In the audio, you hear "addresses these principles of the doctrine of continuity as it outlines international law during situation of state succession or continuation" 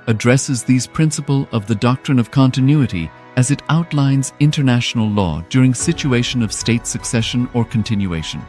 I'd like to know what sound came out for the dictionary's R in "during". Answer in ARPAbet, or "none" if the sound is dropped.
R